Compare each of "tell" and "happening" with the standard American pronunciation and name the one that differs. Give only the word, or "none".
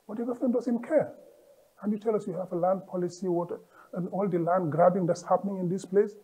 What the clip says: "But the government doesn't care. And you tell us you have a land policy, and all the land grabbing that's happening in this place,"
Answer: none